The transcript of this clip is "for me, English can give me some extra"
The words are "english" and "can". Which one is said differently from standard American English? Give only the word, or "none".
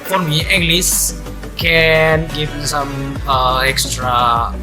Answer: english